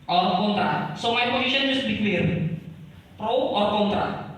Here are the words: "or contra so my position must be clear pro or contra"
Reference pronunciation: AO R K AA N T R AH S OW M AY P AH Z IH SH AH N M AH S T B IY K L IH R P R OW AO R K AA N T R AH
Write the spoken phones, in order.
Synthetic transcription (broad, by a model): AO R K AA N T R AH S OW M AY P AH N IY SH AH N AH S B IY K W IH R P R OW AO R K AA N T R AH